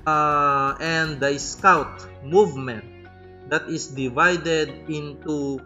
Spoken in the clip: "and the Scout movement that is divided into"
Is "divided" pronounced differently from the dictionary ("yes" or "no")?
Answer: no